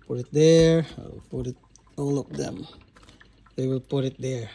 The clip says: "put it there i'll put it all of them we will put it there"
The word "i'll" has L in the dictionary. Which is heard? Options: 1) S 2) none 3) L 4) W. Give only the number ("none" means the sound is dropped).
4